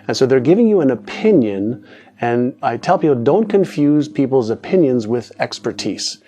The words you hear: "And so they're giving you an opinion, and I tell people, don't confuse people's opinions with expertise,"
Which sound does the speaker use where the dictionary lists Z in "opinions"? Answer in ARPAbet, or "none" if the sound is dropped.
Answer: Z